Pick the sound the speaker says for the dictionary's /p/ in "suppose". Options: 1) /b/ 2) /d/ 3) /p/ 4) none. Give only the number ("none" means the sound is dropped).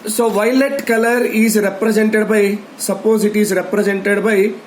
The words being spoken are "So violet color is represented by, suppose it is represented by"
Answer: 3